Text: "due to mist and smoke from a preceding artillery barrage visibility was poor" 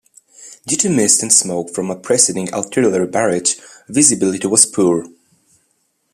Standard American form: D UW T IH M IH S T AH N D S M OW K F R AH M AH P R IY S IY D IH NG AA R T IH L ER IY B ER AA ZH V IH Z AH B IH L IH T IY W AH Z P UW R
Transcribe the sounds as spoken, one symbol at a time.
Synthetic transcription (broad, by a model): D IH T IH M IH S T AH N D S M OW K F R AH M AH P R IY S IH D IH NG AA L T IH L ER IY B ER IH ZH V IH Z AH B IH L IH T IY W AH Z P UW R